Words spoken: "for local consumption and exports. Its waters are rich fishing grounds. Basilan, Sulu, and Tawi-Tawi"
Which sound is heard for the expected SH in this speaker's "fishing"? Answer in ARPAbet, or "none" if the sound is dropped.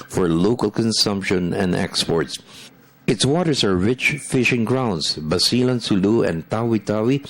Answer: SH